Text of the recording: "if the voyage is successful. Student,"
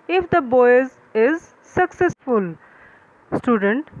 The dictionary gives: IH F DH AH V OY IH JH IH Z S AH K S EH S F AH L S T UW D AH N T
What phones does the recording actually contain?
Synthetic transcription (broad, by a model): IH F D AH B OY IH Z IH Z S AH K S EH S F AH L S T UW D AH N T